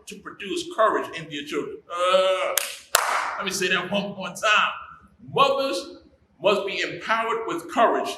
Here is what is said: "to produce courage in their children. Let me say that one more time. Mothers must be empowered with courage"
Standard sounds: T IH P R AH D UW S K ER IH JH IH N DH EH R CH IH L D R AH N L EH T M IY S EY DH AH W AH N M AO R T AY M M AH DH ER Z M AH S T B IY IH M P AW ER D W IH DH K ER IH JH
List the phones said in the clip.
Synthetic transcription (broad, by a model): T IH P R AH D UW S K ER IH JH IH N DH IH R CH IH L D R AH N L EH T M IY S EY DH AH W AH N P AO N T AY M M AH DH ER Z M AH S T B IY IH M P AW ER D W IH DH K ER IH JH